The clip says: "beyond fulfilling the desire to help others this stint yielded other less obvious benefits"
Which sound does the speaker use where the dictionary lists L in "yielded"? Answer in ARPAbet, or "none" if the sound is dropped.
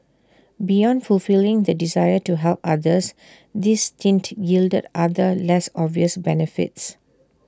L